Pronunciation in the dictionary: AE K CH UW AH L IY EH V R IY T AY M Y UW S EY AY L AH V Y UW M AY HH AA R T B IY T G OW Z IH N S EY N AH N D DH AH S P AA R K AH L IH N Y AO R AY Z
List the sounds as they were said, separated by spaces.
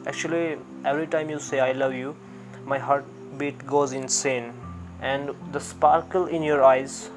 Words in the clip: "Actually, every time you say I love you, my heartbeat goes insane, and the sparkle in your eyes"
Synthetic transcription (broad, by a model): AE K CH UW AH L IY EH V R IY T AY M Y UW S EY AY L AH V Y UW M AY HH AA R T B IY T G OW Z IH N S EY N AH N D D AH S P AA R K AH L IH N Y AO R AY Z